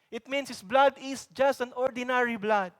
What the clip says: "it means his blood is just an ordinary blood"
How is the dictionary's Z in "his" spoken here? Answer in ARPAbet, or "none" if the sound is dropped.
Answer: S